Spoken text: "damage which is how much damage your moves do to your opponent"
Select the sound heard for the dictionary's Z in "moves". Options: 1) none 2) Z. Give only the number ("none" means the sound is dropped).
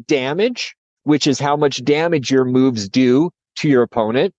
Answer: 2